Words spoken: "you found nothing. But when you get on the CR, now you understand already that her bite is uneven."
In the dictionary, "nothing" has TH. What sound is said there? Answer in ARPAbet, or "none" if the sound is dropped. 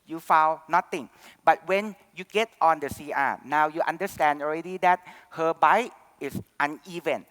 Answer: T